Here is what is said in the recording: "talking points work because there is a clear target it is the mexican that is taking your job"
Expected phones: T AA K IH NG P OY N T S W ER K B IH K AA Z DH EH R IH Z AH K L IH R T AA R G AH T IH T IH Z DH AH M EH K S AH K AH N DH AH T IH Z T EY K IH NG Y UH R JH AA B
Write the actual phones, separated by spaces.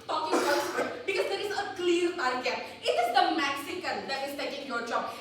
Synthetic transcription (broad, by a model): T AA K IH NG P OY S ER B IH K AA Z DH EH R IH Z AH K L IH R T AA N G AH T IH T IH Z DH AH M EH K S AH K AH N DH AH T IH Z T EY K IH NG Y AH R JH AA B